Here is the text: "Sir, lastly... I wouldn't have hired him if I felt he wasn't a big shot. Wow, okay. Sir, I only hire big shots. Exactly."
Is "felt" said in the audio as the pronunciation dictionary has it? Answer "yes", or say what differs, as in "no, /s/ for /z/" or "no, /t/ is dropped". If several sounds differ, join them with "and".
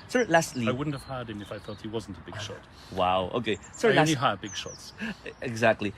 no, /l/ is dropped